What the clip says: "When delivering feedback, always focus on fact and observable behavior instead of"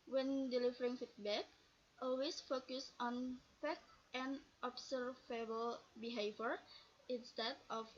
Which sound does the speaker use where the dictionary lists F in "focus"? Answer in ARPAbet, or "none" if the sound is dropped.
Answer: F